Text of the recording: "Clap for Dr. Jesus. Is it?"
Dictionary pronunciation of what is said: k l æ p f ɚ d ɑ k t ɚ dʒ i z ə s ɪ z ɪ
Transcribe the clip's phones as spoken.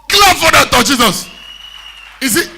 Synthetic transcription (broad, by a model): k l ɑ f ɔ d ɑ t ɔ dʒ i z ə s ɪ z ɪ